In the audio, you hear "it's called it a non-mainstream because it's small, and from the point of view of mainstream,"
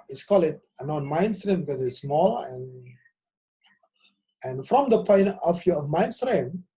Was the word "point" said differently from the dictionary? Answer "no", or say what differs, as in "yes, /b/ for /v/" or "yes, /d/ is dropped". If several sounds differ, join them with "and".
yes, /t/ is dropped